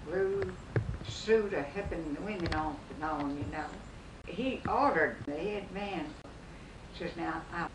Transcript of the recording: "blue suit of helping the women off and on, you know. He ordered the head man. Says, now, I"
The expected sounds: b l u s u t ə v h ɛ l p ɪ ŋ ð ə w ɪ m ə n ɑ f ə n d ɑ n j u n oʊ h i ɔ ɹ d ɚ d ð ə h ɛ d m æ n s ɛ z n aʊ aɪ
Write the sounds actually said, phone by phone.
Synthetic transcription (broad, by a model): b l u s u t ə h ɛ p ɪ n ð ə w ɪ m ə n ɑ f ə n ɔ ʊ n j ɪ n oʊ h i ɔ ɹ d ɚ d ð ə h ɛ d m æ n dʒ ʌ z n aʊ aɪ